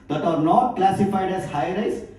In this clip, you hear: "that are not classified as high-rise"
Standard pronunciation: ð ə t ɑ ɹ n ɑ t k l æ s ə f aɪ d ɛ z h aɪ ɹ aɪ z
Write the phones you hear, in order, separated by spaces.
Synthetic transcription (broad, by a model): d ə t ɑ ɹ n ɑ t k l æ s ə f aɪ d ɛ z h aɪ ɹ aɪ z